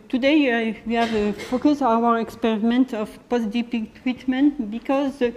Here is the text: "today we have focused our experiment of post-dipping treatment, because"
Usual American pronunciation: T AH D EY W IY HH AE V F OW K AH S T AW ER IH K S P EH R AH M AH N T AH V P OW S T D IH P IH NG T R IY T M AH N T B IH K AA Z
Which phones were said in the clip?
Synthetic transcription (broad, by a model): T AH D EY W IY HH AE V F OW K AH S AW ER IH K S P EH R AH M AH N T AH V P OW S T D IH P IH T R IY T M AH N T B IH K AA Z